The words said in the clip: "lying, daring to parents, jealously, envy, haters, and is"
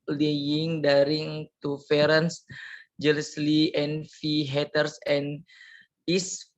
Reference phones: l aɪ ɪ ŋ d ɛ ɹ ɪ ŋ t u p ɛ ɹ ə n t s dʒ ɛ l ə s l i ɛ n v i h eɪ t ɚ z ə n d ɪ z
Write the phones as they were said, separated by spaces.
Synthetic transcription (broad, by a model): l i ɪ ŋ d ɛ ɹ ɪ ŋ t u f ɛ ɹ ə n s dʒ ɛ l ə s l i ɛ n f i h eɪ t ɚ s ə n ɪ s